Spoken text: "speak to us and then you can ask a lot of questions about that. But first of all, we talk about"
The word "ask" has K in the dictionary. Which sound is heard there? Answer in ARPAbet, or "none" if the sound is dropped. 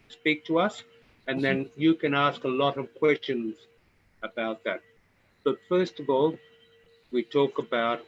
K